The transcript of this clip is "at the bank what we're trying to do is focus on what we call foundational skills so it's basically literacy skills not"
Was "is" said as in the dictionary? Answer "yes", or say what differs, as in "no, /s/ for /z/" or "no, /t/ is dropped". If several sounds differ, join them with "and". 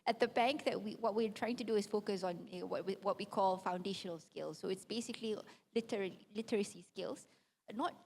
no, /s/ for /z/